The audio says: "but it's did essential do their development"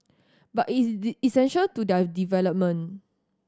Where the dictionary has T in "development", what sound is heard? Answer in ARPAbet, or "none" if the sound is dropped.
none